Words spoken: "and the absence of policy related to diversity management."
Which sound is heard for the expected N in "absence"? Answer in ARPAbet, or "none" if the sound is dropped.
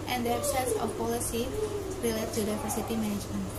none